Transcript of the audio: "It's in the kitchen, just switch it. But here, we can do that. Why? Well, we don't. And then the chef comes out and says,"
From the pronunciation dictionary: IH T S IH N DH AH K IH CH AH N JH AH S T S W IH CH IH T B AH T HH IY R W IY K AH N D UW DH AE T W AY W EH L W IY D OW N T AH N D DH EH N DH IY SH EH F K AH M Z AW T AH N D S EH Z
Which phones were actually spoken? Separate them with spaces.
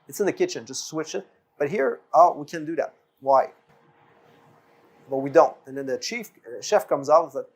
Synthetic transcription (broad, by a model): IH T S IH N DH AH K IH CH AH N JH AH S T S W IH CH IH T B AH T HH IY R W IY K AH N D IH DH AE T W AY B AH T W IY D OW N T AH N DH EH N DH IY SH EH F K AH M Z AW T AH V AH